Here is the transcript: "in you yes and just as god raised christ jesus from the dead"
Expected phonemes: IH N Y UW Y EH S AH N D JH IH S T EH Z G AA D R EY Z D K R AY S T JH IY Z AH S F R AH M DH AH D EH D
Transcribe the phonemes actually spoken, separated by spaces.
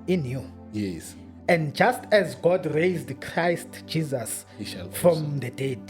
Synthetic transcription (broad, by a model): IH N Y UW Y EH S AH N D JH IH S T EH Z G AA D R EY Z D K R AY S T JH IY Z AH S F R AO M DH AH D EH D